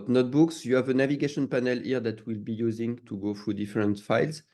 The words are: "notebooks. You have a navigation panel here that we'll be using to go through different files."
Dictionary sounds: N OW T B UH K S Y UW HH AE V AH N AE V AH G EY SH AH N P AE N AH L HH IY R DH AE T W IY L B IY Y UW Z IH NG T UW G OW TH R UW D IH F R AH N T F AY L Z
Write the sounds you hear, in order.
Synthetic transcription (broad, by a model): N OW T B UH K S Y UW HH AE V AH N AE V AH G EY SH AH N P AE N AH L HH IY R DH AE T W IY L B IY Y UW Z IH NG T UW G OW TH R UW D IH F R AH N T F AY L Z